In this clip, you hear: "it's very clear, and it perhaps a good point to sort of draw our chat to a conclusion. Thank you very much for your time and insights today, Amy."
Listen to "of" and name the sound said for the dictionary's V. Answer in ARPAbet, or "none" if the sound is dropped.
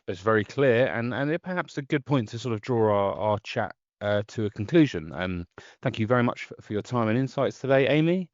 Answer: V